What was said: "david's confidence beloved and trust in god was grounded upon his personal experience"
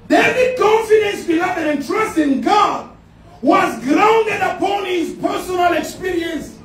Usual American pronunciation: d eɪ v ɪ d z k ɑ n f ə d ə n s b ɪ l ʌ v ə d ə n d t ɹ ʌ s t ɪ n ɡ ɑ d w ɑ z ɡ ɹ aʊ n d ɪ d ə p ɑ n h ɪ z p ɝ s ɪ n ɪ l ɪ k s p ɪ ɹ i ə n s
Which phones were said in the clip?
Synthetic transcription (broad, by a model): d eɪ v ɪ k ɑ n f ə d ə n s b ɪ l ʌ ə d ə n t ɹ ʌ s t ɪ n ɡ ɑ d w ɑ z ɡ ɹ aʊ n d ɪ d ə p ɑ n h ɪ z p ɝ s ɪ n ɪ l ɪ k s p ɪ ɹ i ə n s